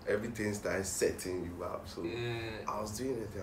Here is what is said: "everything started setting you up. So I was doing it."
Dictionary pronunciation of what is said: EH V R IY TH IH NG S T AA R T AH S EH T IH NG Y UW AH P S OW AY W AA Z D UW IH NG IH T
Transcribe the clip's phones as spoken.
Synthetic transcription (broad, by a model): EH V R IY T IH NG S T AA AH S EH T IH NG Y UW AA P S OW AY W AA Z D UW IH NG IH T